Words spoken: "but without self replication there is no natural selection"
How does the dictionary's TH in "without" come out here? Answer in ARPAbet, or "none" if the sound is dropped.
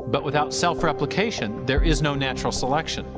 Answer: TH